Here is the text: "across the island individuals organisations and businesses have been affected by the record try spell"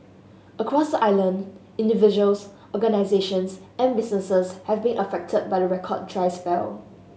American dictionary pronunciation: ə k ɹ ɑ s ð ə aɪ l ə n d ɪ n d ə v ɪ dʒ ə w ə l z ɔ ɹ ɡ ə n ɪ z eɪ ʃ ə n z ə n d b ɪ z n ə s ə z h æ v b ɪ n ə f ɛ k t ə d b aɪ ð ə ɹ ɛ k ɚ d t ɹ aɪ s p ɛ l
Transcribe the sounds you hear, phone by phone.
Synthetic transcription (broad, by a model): ə k ɹ ɑ s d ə aɪ l ə n d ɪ n d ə v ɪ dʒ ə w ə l s ɔ ɡ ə n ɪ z eɪ ʃ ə n s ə n b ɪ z n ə s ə s h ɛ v b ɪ n ə f ɛ k t ə d b aɪ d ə ɹ ɛ k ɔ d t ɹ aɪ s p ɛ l